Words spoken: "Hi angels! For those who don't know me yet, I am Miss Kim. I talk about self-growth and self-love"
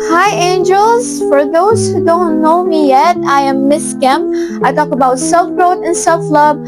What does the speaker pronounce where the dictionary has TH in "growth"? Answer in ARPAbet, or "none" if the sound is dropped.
T